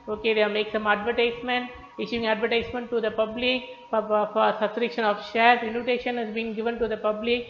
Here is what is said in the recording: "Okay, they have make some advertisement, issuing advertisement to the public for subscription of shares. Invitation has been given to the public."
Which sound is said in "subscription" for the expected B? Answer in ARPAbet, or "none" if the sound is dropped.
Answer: none